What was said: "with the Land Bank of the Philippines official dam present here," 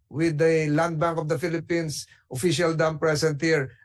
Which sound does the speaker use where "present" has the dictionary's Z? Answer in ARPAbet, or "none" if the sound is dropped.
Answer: S